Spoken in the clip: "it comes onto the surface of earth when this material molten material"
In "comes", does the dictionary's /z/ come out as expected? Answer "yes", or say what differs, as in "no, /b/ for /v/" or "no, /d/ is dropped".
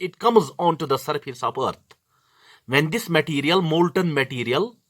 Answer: yes